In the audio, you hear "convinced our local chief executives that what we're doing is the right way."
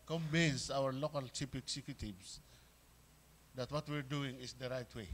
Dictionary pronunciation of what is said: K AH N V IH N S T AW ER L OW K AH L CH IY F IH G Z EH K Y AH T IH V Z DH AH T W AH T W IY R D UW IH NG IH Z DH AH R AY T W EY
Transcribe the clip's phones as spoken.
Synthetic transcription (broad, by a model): K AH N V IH N S AW ER L OW K AH L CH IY P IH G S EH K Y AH T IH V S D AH T W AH T W IY R D UW IH NG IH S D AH R AY T W EY